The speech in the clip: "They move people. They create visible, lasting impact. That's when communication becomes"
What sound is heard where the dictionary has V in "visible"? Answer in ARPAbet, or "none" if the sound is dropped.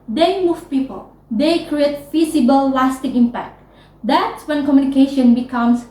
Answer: F